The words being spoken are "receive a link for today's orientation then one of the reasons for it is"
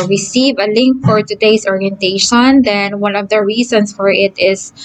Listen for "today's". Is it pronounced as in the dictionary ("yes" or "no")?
no